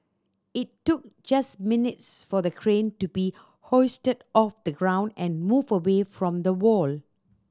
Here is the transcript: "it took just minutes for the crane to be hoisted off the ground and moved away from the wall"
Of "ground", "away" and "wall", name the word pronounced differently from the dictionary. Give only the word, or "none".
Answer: none